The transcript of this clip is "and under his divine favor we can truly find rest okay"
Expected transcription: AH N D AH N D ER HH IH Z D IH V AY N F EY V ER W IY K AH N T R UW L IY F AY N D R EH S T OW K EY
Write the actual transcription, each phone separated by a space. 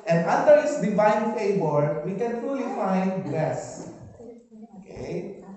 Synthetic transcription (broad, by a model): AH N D AH N D ER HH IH S D IH V AY N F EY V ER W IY K AH N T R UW L IY F AY N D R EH S OW K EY